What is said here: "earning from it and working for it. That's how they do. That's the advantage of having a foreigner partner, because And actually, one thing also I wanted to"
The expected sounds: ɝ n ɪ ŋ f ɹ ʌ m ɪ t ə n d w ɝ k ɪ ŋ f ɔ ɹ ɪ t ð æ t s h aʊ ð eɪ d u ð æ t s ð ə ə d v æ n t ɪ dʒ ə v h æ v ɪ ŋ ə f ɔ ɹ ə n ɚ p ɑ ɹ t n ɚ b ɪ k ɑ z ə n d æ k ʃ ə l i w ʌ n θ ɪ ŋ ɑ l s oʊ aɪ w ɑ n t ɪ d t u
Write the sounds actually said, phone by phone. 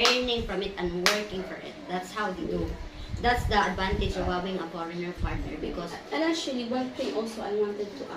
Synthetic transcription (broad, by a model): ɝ n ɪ ŋ f ɹ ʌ m ɪ t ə n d w ɝ k ɪ ŋ f ɔ ɹ ɪ t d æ t s h aʊ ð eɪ d u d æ t s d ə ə d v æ n t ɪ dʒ ə v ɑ w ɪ ŋ ə f ɔ ɹ ə n ɚ p ɑ ɹ t n ɚ b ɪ k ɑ s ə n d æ ʃ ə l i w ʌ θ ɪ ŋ ɑ l s oʊ aɪ w ɑ n t ɪ d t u